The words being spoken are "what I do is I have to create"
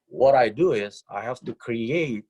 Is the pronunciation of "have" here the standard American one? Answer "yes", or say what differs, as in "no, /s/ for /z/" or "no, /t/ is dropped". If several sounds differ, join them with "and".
no, /f/ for /v/